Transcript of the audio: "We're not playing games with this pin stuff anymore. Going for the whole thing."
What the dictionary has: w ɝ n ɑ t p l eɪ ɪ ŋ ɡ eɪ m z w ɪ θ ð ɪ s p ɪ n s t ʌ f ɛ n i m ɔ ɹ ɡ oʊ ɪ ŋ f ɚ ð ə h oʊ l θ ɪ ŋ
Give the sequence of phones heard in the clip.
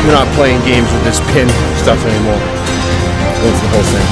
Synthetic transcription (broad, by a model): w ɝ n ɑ t p l eɪ ɪ ŋ ɡ eɪ m z w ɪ ð ɪ s p ɪ n s t ʌ f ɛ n i m ɔ ɹ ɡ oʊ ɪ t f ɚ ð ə h oʊ l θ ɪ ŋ